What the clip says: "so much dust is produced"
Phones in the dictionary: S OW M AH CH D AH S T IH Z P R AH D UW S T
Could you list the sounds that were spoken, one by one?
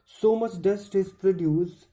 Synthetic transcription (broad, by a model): S OW M AH CH D AH S T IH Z P R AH D UW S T